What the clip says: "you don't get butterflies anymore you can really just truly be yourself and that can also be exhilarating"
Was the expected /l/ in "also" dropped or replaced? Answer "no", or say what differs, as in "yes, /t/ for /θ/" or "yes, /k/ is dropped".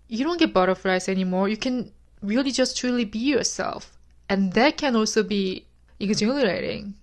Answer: no